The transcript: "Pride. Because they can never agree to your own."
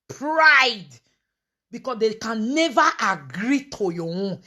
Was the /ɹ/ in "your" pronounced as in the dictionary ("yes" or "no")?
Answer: no